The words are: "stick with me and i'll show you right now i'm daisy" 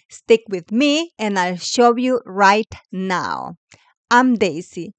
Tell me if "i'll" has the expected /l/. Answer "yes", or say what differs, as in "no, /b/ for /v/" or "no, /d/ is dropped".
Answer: yes